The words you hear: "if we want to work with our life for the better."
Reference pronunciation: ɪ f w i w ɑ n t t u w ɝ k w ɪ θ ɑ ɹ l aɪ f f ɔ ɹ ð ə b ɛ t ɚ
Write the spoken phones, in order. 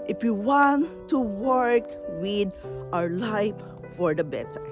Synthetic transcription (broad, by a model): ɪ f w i w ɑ n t t u w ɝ k w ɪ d ɑ ɹ l aɪ f f ɔ ɹ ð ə b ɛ t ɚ